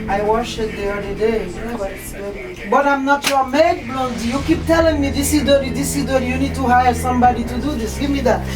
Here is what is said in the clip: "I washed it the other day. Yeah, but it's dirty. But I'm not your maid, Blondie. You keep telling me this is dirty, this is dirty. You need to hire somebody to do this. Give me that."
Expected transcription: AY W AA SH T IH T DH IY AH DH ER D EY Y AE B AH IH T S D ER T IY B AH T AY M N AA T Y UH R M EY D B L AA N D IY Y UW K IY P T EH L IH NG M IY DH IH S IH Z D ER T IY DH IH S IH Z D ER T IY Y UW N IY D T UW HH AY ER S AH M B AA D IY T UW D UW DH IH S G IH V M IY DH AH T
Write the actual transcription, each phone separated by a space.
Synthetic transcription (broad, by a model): AY W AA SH IH T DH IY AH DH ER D EY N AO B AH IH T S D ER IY B AH T AY M N AA T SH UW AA M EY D B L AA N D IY Y UW K IY P T EH L IH NG M IY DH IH S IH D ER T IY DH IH S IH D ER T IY Y UW N IY D T UW HH AY ER S AH M B AA D IY T UW D UW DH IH S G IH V M IY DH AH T